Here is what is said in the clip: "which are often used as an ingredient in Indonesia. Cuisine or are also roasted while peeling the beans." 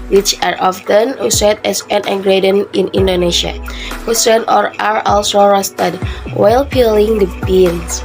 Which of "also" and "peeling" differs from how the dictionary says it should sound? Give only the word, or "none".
none